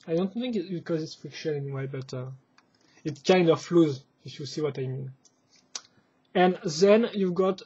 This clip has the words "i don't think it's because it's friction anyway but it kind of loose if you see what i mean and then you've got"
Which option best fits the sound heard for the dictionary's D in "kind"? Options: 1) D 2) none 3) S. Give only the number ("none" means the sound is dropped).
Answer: 1